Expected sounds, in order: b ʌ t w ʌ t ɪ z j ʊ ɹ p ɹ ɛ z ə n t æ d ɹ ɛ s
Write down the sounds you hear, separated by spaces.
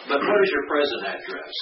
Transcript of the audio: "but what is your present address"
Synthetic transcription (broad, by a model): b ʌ t w ʌ t ɪ z j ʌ ɹ p ɹ ɛ z ə n t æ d ɹ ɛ s